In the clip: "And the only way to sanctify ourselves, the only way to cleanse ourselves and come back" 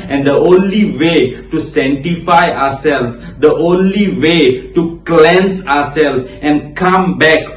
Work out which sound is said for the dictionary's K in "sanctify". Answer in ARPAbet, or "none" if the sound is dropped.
none